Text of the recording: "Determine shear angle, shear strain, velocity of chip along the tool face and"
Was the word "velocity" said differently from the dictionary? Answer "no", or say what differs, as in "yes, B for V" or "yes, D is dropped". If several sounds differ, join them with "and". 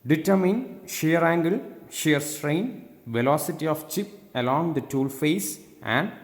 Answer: no